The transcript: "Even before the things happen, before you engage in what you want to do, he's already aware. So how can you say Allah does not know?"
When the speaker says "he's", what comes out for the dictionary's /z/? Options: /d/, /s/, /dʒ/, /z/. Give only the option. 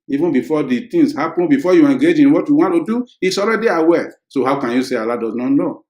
/s/